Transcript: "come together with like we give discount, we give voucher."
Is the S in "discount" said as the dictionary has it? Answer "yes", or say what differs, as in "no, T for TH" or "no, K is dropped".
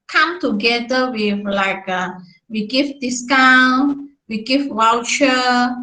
yes